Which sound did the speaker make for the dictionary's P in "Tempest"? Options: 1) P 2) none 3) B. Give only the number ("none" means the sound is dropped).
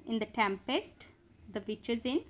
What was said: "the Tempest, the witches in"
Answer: 1